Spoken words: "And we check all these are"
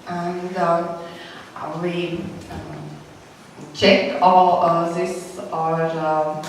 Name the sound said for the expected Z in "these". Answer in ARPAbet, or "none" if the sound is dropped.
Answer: S